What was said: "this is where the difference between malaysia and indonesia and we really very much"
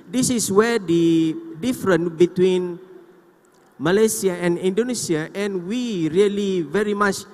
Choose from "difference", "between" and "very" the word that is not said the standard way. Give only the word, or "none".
difference